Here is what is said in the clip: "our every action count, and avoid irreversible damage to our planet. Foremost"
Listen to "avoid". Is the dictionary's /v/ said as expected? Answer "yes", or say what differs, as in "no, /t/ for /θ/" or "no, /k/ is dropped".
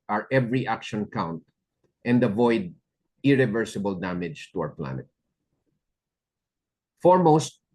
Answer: yes